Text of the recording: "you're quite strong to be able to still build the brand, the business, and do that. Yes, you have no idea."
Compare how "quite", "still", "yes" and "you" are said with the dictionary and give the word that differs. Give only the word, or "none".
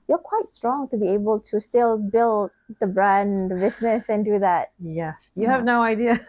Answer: none